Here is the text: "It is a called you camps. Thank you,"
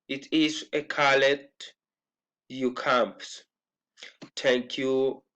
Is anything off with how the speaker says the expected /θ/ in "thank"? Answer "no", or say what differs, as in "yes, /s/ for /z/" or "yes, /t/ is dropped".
yes, /t/ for /θ/